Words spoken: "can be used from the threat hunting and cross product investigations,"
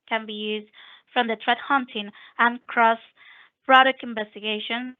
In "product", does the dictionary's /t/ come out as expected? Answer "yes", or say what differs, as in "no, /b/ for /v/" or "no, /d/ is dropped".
no, /t/ is dropped